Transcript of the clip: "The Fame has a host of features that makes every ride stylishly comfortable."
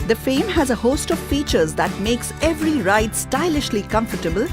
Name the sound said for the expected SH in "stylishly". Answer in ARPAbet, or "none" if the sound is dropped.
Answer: SH